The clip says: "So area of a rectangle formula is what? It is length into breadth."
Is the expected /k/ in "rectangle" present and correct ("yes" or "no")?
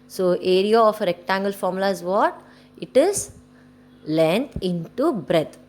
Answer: yes